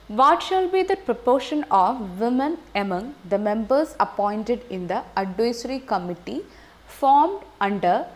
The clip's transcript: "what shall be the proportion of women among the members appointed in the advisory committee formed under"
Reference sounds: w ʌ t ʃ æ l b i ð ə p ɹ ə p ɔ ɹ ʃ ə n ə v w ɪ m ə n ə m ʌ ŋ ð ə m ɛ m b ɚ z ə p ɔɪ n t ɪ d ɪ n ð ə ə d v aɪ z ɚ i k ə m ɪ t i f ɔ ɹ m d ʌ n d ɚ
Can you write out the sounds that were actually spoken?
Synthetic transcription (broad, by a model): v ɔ t ʃ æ l b i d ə p ɹ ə p ɔ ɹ ʃ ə n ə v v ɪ m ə n ə m ʌ ŋ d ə m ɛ m b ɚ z ə p ɔɪ n t ɪ d ɪ n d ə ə d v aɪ s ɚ i k ə m ɪ t i f ɔ ɹ m d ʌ n d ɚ